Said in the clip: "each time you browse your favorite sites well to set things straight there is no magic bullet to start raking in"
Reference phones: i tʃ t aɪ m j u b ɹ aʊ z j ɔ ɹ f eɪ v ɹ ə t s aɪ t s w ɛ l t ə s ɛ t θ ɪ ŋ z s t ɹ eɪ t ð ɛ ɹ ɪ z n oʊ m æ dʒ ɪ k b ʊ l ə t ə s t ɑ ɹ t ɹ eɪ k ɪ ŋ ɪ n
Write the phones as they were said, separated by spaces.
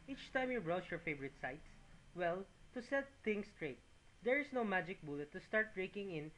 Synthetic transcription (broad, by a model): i tʃ t aɪ m j u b ɹ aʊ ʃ j ɔ ɹ f eɪ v ɹ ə t s aɪ t s w ɛ l t ə s ɛ t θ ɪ ŋ s t ɹ eɪ t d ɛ ɹ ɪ s n oʊ m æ dʒ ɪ k b ʊ l ə t ə s t ɑ ɹ t ɹ eɪ k ɪ ŋ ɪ n